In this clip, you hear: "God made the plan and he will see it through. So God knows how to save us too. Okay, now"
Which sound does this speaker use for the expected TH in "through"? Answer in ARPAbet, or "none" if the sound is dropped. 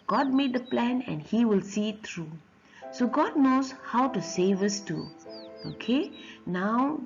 T